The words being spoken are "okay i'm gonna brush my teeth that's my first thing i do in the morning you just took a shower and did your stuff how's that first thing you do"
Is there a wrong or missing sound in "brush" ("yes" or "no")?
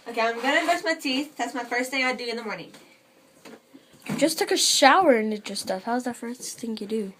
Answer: yes